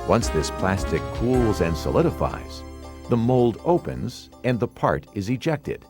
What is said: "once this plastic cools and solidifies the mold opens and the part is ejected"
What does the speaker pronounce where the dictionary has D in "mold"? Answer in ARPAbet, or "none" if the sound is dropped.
D